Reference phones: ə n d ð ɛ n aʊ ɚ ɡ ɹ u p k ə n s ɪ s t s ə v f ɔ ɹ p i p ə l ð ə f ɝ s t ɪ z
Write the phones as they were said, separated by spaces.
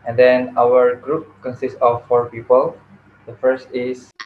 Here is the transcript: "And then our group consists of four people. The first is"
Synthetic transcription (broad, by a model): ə n d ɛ n aʊ ɚ ɡ ɹ u p k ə n s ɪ s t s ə f ɔ ɹ p i p ə l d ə f ɝ s t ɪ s